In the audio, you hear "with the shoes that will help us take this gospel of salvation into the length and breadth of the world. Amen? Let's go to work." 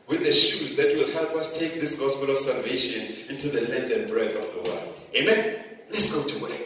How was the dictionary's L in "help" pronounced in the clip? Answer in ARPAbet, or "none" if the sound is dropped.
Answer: L